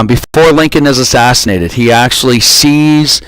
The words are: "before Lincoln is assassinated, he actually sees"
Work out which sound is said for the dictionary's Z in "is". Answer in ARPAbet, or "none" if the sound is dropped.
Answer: Z